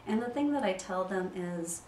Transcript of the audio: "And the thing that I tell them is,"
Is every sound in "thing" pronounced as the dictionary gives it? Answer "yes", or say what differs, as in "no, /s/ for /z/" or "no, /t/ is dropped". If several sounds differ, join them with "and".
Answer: yes